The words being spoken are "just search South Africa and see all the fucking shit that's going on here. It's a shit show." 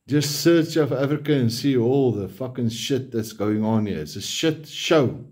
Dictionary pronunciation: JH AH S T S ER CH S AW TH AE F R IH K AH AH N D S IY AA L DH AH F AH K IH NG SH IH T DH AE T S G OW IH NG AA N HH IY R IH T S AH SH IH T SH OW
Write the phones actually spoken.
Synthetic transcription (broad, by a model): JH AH S T S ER CH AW F AE F R IH K AH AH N S IY AA L DH AH F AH K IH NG SH IH T DH AE T S G OW IH NG AA N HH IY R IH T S AH SH IH T SH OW